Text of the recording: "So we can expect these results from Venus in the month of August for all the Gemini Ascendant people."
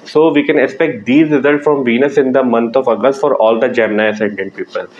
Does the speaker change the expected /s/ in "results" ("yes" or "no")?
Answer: no